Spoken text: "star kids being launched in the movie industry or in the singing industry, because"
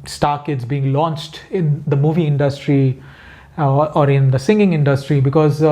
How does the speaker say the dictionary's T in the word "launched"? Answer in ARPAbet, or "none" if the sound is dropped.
T